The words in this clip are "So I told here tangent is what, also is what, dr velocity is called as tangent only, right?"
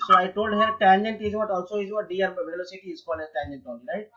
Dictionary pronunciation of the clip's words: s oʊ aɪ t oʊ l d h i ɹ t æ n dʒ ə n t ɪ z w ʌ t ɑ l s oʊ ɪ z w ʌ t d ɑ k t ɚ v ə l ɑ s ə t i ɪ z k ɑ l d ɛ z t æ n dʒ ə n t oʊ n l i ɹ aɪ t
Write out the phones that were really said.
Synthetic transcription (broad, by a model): s oʊ aɪ t oʊ l d h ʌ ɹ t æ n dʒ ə n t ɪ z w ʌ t ɑ l s oʊ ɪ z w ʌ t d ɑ t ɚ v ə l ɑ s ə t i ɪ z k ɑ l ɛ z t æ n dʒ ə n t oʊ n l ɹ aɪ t